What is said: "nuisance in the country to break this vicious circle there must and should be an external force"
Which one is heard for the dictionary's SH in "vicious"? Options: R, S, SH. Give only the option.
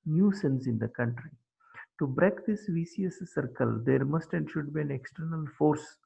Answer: S